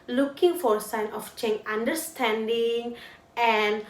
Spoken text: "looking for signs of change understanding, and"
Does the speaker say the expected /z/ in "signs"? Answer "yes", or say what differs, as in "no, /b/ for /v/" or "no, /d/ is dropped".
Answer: no, /z/ is dropped